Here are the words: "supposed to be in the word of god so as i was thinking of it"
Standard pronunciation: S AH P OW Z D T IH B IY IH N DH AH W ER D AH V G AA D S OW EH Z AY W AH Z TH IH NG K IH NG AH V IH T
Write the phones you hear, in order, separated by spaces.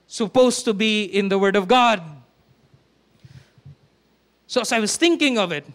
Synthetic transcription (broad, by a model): S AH P OW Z T IH B IY IH N DH AH W ER D AH V G AA D S OW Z AY W AH Z TH IH NG K IH NG AH V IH T